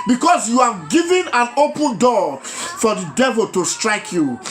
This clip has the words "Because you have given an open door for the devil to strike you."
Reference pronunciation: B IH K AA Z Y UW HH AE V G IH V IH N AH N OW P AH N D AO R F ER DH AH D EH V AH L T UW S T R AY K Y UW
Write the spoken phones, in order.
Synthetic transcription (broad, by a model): B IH K AA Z Y UW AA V G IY V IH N AH N OW P AH N D AO F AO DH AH D EH V AH L T UW S T R AY K Y UW